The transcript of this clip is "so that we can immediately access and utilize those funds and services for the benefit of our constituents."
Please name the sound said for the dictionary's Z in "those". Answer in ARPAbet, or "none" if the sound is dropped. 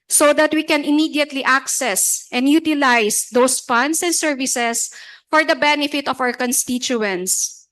S